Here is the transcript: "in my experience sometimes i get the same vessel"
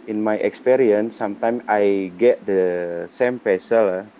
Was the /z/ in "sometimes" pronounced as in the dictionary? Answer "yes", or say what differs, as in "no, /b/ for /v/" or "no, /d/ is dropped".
no, /z/ is dropped